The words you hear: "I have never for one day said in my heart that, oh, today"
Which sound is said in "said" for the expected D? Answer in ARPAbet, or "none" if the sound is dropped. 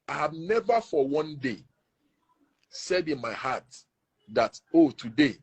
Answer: D